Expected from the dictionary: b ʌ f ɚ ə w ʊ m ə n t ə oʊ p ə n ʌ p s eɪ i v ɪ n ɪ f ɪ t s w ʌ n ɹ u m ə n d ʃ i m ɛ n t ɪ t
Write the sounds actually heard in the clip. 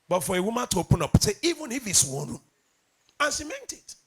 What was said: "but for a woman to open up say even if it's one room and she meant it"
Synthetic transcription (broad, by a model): b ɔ f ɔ ə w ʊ m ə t oʊ p ə n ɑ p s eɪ i v ɪ n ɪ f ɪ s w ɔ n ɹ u ə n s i m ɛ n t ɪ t